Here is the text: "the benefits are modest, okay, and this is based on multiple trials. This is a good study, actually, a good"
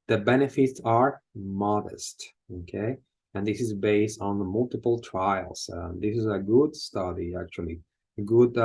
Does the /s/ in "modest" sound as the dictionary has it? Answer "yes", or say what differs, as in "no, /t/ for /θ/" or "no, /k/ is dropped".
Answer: yes